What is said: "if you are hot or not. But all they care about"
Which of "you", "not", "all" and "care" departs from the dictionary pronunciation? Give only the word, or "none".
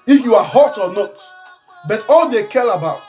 care